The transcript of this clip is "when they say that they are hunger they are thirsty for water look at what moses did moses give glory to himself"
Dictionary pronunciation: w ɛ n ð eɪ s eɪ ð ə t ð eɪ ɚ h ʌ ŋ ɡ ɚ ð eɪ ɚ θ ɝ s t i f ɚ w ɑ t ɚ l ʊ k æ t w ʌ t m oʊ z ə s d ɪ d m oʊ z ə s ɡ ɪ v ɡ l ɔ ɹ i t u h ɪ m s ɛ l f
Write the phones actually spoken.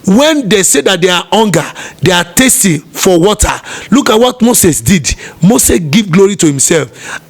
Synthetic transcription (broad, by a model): w ɛ n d eɪ s eɪ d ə t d eɪ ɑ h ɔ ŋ ɡ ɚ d eɪ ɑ t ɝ s t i f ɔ w ɑ t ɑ l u k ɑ t w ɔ t m oʊ s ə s d ɪ d m oʊ s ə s ɡ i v ɡ l ɔ ɹ i t u h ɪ m s ɛ l f